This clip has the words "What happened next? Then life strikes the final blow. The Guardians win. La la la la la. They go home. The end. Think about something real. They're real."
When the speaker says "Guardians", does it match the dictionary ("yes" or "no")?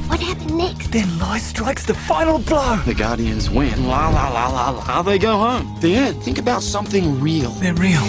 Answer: yes